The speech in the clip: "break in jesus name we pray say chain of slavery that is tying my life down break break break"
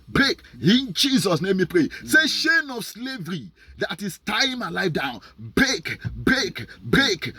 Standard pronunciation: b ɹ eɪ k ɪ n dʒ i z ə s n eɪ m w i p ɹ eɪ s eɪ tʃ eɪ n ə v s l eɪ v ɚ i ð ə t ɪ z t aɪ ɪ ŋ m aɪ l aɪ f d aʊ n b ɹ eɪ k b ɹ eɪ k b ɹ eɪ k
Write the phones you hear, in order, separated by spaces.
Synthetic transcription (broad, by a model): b ɹ eɪ k ɪ n dʒ i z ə s n eɪ m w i p ɹ eɪ s eɪ ʃ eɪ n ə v s l eɪ v ɚ i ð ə t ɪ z t aɪ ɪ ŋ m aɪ l aɪ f d aʊ n b ɹ eɪ k b ɹ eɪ k b ɹ eɪ k